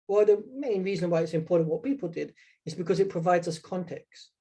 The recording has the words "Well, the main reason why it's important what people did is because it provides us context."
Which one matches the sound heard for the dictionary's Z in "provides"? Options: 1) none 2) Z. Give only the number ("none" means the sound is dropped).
2